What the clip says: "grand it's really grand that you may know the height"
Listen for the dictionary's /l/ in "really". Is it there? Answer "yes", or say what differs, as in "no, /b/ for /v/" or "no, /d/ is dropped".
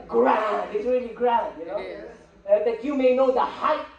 yes